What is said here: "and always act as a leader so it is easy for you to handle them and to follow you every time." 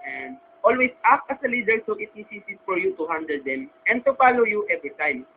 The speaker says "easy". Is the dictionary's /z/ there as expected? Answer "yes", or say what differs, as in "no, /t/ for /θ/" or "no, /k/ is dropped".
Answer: no, /s/ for /z/